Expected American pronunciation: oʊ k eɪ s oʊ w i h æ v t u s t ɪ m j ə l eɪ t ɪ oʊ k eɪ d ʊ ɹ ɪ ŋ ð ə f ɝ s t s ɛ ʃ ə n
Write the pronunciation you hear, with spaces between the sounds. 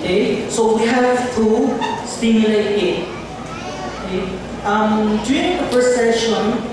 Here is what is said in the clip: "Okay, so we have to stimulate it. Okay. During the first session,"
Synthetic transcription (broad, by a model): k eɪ s oʊ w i h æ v t u s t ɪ m j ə l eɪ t ɪ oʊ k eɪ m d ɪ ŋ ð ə p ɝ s s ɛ ʃ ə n